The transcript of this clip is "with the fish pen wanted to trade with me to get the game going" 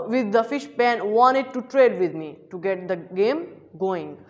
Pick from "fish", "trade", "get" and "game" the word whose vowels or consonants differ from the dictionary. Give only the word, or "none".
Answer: none